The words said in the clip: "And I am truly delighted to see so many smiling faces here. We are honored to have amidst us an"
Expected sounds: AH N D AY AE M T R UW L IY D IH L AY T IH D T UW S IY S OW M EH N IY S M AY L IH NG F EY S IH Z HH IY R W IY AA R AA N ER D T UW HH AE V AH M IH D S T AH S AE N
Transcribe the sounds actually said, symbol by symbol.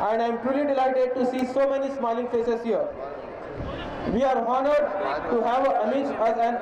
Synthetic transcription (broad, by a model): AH N D AY M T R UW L IY D IH L AY T IH D T UW S IY S OW M EH N IY S M AY L IH NG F EY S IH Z HH IY R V IY AA R AA N ER D T UW HH AE V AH IH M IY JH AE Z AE N